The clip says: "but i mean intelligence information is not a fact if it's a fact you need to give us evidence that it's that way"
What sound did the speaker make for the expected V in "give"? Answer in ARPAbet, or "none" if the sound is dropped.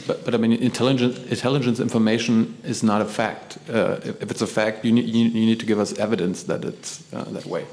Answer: V